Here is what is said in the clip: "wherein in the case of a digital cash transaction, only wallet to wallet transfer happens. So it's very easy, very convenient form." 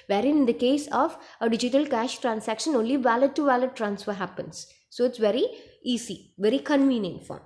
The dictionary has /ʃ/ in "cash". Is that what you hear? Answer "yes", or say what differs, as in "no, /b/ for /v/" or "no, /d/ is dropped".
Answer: yes